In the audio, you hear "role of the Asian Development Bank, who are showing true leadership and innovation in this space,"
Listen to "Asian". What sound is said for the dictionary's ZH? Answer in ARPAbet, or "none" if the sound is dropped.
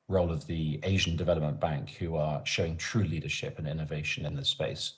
ZH